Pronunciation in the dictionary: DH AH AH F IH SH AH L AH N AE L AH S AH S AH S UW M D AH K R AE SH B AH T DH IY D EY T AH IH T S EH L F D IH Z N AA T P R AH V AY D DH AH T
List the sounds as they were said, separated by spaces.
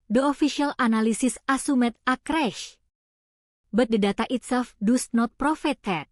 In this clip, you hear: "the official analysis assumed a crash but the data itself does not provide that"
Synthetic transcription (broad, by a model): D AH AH F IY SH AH L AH N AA L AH S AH S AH S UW M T AH K R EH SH B AH T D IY D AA T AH IH T S EH L F D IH S N AA T P R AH F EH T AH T